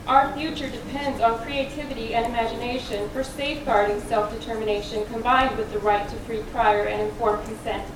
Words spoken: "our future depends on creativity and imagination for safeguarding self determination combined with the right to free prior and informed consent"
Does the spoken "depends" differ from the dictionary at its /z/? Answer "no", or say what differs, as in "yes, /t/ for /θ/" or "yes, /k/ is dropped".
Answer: no